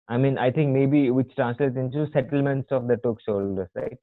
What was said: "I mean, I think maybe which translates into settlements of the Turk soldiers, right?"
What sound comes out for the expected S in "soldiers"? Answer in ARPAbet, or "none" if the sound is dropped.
SH